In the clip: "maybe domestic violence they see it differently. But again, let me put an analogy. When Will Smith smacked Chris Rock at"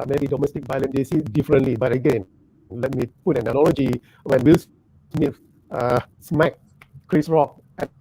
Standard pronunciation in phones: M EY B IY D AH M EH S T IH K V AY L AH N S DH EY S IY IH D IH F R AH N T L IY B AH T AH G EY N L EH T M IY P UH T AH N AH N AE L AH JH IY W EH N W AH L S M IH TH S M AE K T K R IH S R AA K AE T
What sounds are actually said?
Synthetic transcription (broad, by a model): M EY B IY D AH M EH S T IH K B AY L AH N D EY S IY D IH F R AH N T L IY B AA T AH G EY N L EH T M IY P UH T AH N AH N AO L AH JH IY W EH N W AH L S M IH F S M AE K K R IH S R AA K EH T